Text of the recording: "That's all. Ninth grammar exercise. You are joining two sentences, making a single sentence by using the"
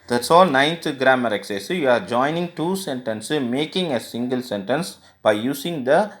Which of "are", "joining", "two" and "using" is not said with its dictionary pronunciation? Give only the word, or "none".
using